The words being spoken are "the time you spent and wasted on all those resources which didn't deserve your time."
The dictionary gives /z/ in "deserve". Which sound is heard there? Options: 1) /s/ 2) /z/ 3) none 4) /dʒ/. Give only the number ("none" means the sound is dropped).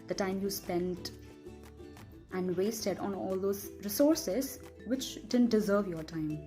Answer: 2